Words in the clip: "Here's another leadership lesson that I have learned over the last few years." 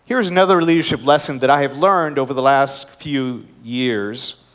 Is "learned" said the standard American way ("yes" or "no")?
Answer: yes